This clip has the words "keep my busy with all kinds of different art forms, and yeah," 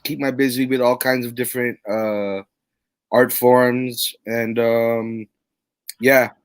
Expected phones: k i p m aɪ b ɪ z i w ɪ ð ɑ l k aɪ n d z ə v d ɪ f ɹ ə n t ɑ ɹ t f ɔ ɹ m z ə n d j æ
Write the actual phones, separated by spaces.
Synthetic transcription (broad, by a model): k i p m aɪ b ɪ z i w ɪ ð ɑ l k aɪ n d z ə v d ɪ f ɹ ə n t ɑ ɹ t f ɔ ɹ m z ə n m j æ